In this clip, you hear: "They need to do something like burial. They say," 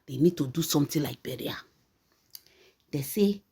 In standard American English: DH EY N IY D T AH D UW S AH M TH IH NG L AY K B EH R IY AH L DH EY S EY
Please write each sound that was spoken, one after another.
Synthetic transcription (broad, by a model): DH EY N IY D T AH D UW S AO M T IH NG L AY K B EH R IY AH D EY S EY